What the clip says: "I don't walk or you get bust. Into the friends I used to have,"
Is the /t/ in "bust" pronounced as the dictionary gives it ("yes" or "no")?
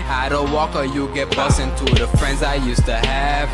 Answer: no